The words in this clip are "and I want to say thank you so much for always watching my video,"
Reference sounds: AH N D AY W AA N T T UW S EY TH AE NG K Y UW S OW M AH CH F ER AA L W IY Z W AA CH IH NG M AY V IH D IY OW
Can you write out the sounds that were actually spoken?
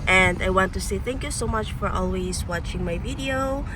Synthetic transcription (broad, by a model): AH N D AY W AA N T T UW S EY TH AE NG K Y UW S OW M AH CH F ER AA L W IY Z W AA CH IH NG M AY V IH D IY OW